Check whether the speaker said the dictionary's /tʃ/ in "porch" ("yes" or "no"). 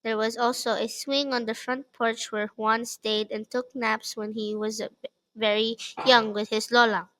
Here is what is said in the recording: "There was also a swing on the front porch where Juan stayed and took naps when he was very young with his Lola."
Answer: yes